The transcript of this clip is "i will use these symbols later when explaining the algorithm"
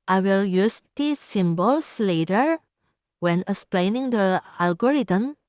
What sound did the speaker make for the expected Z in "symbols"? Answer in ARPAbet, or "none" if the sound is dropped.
S